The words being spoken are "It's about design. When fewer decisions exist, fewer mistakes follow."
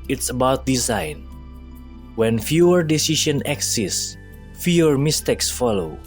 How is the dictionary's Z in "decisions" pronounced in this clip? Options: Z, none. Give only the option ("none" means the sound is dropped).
none